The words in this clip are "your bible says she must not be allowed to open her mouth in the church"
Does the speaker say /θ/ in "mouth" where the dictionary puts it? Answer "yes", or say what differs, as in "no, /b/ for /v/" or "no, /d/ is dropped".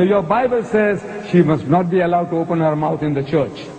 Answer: no, /t/ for /θ/